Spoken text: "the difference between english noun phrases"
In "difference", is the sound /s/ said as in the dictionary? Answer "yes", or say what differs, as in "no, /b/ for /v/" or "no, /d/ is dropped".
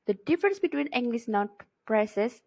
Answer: yes